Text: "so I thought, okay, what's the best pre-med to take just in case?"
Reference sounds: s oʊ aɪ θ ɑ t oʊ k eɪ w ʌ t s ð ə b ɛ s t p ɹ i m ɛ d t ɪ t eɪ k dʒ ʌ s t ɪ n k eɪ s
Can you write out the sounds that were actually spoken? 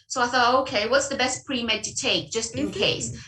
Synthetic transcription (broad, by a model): s oʊ aɪ θ ɑ t oʊ k eɪ w ʌ t s ð ə b ɛ s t p ɹ i m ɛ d t ɪ t eɪ k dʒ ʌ s t ɪ n k eɪ s